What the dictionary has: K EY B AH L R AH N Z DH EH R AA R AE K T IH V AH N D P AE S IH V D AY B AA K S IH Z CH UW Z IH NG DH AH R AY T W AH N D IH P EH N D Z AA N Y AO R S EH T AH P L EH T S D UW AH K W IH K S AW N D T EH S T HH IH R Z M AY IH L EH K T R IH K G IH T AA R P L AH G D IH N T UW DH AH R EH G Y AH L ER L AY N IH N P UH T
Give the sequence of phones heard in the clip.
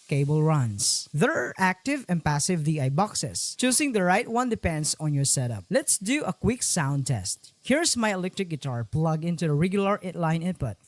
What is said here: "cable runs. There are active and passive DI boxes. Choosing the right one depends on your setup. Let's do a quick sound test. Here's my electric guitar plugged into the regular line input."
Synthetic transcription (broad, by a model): K EY B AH L R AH N S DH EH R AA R AE K T IH V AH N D P AE S IH V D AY B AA K S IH S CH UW S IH NG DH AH R AY T W AH N D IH P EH N D S AA N Y AO R S EH T AH P L EH T S D UW AH K W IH K S AW N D T EH S T HH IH R S M AY IH L EH K T R IH K G IH T AA R P L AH G IH N T UW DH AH R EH G Y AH L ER L AY N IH N P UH T